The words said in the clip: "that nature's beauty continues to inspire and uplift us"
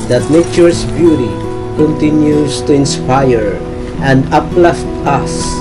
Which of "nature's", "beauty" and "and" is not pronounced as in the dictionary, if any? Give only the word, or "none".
nature's